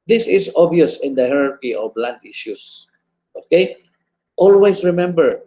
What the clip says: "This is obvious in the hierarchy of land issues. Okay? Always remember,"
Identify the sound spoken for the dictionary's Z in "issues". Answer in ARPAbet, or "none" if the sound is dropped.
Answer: S